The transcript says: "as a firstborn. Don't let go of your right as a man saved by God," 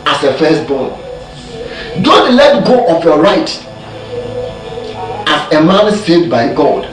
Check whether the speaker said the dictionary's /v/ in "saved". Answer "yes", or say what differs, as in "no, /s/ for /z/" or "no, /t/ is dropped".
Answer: no, /v/ is dropped